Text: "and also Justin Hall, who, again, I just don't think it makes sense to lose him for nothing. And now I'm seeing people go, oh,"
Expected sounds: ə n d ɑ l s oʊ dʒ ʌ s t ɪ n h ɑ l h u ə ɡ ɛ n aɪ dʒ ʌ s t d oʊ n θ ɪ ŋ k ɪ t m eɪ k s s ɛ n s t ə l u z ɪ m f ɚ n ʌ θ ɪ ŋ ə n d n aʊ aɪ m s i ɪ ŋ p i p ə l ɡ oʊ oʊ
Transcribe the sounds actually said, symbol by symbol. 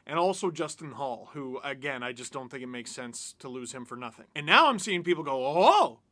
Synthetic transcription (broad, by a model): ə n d ɑ l s oʊ dʒ ʌ s t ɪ n h ɑ l h u ə ɡ ɛ n aɪ dʒ ʌ s d oʊ n θ ɪ ŋ k ɪ t m eɪ k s s ɛ n s t ə l u z ɪ m f ɚ n ʌ θ ɪ ŋ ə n n aʊ aɪ m s i ɪ ŋ p i p l ɡ oʊ oʊ